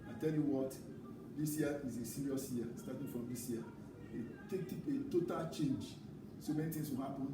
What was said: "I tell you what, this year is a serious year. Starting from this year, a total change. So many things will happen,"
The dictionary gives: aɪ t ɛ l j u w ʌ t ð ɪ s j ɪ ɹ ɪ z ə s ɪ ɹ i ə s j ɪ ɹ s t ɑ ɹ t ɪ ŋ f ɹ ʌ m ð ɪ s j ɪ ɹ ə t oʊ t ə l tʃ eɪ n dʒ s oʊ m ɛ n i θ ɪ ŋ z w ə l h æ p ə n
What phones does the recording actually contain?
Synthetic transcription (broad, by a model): aɪ t ɛ l j u w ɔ t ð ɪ s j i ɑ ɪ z ə s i ɹ i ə s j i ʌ s t ɑ t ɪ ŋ f ɹ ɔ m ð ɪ s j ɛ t ə t oʊ t ə l tʃ eɪ n dʒ s oʊ m ɛ n i t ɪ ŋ s w ə l h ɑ p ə n